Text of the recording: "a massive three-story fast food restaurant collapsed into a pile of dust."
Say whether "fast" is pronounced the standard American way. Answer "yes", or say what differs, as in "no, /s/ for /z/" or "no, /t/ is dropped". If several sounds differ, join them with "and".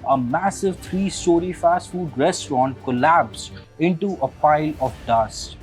yes